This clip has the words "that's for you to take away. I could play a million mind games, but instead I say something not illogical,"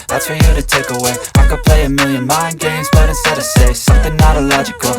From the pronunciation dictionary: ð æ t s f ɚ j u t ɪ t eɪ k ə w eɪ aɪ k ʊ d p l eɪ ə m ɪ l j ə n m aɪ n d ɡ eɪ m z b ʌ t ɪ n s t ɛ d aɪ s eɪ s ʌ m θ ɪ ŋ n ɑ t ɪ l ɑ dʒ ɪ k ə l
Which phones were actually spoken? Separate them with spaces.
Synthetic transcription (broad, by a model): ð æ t s f ɚ j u t ɪ t eɪ k ə w eɪ aɪ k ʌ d p l eɪ ə m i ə n m aɪ n ɡ eɪ m z b ʌ t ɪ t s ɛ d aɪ s eɪ s ʌ m θ ɪ ŋ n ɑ t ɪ l ɑ dʒ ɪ k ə l